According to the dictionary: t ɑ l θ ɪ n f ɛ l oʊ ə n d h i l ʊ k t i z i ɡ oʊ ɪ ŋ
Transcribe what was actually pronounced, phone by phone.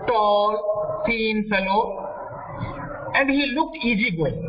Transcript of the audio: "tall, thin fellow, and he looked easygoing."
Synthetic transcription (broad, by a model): t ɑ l s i n f ɛ l oʊ ə n d h i l ʊ k t i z i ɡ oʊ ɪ